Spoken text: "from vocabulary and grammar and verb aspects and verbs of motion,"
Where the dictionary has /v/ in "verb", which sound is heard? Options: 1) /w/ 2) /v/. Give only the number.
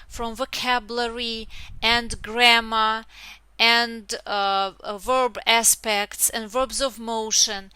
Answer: 2